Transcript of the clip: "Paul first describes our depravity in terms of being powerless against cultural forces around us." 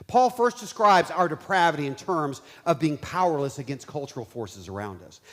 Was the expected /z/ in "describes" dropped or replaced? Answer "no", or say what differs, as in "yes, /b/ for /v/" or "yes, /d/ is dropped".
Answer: no